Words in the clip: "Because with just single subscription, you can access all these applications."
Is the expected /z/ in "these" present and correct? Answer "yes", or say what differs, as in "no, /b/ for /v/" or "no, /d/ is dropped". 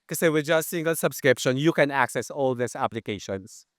no, /s/ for /z/